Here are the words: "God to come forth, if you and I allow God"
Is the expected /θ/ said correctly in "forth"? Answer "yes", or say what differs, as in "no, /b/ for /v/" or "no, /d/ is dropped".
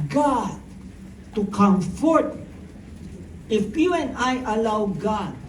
no, /t/ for /θ/